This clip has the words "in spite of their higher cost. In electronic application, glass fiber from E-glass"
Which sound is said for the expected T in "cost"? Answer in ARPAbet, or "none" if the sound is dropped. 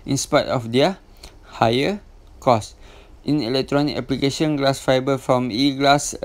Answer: T